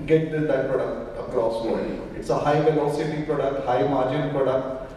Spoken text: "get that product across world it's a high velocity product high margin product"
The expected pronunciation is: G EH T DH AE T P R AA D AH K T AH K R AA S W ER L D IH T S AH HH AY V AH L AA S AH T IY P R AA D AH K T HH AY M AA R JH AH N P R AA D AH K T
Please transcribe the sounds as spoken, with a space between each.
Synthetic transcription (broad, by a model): G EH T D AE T P R AA D AH K T AH K R AA S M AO D IH T S AH HH AY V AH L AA S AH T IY P R AA D AH K T HH AY M AA R JH AH N P R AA D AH K T